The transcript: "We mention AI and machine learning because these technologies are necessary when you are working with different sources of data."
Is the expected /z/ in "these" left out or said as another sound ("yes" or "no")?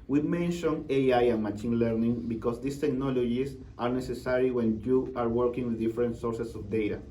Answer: yes